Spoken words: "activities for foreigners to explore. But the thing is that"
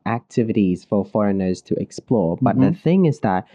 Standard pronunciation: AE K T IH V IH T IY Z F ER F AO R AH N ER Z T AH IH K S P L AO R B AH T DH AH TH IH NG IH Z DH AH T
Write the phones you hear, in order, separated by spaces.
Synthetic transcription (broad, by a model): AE K T IH V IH T IY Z F ER F AO R AH N ER Z T AH IH K S P L AO R B AH T DH AH TH IH NG IH Z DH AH T